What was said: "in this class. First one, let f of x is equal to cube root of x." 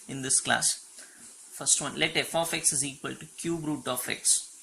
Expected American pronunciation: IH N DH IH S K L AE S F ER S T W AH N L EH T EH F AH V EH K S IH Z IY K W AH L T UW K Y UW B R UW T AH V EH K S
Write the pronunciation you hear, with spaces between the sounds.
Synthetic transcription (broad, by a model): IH N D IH S K L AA S F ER S T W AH N L EH T EH F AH F EH K S IH Z IY K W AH L T UW K Y UW B R UW T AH F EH K S